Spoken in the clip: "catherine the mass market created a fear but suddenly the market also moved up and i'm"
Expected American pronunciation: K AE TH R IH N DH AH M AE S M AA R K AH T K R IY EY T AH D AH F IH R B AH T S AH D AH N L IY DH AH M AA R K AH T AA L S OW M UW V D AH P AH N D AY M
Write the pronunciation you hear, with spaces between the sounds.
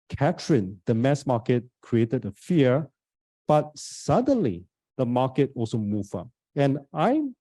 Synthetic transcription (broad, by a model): K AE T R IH N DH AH M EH S M AA K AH T K R IY EY T AH D AH F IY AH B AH T S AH D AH N L IY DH AH M AA K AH T AA L S OW M UW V AH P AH N AY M